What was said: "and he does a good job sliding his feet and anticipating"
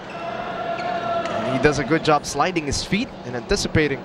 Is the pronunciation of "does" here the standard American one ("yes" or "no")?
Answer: yes